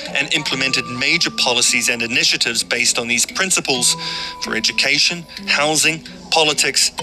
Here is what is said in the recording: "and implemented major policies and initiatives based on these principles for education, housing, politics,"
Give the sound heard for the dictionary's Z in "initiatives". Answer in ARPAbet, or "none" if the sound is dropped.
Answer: Z